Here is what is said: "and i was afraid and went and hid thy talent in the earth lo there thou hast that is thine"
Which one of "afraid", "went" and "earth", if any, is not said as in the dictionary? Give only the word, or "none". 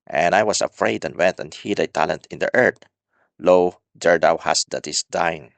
earth